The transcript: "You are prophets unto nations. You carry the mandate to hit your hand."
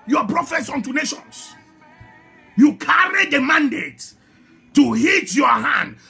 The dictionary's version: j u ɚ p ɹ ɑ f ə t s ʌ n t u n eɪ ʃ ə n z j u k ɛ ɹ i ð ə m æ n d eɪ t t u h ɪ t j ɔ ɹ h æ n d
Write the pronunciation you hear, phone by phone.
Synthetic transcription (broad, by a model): j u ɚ p ɹ ɑ f ə t s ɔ n t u n eɪ ʃ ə n s j u k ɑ ɹ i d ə m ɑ n d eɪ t t u h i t j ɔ h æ n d